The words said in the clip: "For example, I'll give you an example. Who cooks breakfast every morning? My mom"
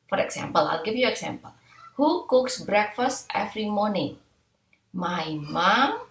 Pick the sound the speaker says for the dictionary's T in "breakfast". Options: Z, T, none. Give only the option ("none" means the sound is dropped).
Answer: T